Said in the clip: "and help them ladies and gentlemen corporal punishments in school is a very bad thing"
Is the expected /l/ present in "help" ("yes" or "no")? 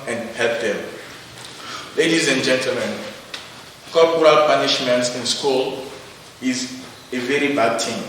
no